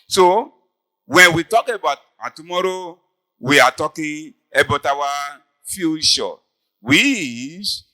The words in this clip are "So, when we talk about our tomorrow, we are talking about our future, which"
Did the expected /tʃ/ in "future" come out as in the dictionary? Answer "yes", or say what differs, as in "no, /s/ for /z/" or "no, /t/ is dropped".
no, /ʃ/ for /tʃ/